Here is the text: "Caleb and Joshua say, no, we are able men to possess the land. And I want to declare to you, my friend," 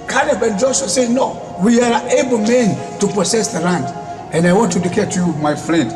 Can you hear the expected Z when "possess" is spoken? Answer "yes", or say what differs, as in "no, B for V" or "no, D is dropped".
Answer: no, S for Z